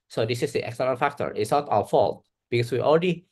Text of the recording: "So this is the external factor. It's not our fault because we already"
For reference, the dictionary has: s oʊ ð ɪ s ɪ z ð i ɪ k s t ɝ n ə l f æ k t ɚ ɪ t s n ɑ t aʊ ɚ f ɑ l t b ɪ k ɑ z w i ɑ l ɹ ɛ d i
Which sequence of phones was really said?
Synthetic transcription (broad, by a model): s oʊ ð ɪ s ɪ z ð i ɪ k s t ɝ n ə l f æ k t ɚ ɪ t s n ɑ t aʊ ɚ f ɑ l t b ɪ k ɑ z w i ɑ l ɹ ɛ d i